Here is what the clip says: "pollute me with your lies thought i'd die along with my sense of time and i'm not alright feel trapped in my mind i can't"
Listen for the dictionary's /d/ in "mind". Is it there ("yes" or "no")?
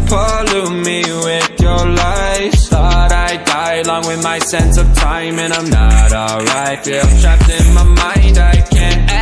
yes